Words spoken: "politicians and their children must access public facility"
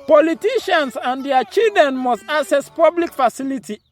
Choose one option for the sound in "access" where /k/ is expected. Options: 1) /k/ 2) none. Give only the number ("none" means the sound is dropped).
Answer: 2